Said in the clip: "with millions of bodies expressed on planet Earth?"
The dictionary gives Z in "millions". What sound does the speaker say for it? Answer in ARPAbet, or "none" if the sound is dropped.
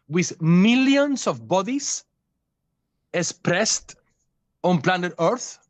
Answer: S